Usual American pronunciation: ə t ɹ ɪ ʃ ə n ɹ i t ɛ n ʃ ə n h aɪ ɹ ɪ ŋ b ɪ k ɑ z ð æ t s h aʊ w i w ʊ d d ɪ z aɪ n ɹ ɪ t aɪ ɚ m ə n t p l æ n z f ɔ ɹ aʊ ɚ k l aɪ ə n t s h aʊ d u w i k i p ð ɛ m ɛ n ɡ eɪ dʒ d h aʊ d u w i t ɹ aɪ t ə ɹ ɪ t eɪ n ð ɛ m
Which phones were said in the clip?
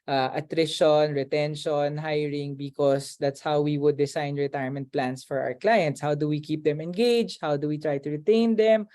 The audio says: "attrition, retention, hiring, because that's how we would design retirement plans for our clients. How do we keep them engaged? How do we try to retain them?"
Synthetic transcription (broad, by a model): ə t ɹ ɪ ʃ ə n ɹ i t ɛ n ʃ ə n h aɪ ɹ ɪ ŋ b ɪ k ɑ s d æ t s h aʊ w i w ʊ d d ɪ s aɪ n ɹ ɪ t aɪ ɚ m ə n t p l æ n s f ɔ ɹ aʊ ɚ k l aɪ ə n t s h aʊ d u w i k i p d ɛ m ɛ n ɡ eɪ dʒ h aʊ d u w i t ɹ aɪ t ə ɹ ɪ t eɪ n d ɛ m